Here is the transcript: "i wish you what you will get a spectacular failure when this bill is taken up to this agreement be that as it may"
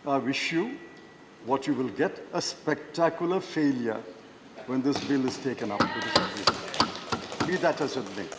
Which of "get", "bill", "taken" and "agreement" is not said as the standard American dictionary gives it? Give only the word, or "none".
agreement